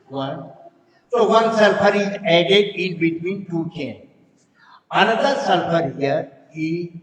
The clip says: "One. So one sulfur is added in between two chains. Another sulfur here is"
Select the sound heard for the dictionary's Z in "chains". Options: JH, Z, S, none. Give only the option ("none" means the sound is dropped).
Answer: none